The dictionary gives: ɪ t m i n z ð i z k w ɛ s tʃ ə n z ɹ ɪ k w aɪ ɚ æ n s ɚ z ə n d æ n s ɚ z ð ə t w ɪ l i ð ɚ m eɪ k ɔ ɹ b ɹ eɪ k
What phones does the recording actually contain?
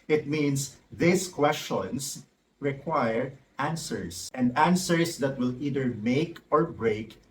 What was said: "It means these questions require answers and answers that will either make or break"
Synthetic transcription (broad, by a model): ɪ t m i n s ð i s k w ɛ s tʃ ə n s ɹ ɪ k w aɪ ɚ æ n s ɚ s ə n d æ n s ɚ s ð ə t w ɪ l i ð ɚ m eɪ k ɔ ɹ b ɹ eɪ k